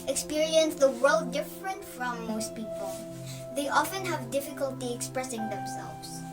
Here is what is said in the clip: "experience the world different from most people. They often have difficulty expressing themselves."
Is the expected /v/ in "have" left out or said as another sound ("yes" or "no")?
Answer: no